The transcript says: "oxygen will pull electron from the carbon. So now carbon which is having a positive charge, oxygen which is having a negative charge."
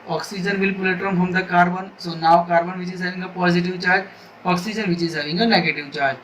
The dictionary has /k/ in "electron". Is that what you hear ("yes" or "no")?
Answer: no